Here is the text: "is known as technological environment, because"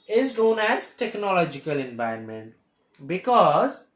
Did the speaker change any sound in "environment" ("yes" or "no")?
yes